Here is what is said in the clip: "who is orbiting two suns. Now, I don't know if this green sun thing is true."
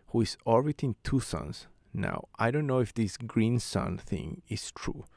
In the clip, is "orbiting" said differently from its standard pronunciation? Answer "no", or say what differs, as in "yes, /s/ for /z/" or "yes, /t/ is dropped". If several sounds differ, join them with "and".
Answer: yes, /l/ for /ɹ/